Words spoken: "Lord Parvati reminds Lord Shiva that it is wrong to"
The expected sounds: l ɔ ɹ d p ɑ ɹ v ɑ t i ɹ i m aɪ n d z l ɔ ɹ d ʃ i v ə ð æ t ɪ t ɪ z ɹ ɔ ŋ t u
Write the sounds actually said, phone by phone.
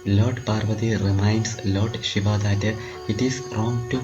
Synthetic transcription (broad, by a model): l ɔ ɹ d p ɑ ɹ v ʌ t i ɹ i m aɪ n d s l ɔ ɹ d ʃ i v ə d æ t ɪ t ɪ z ɹ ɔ ŋ t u